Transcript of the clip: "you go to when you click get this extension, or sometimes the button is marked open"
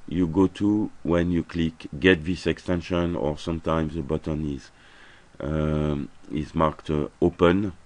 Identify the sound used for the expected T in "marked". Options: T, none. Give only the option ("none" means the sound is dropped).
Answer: T